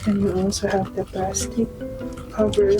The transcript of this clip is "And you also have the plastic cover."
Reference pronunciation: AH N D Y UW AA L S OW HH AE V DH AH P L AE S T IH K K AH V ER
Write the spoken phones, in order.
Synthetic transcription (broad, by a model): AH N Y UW AA L S OW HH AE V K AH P AE S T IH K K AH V ER